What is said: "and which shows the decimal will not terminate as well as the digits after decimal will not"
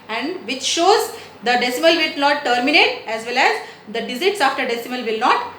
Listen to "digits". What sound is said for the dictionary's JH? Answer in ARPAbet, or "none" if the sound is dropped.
Z